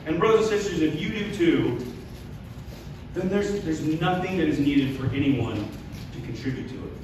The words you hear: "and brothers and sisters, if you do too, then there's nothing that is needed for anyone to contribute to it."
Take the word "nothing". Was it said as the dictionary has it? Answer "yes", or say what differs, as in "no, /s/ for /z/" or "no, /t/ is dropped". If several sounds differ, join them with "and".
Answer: yes